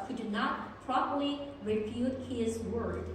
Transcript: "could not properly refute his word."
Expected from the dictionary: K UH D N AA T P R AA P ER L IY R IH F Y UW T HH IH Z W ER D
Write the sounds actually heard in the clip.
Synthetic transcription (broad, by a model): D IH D N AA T P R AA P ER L IY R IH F Y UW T HH IH Z W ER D